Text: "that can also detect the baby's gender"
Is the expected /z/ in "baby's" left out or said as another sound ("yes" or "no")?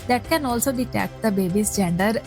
yes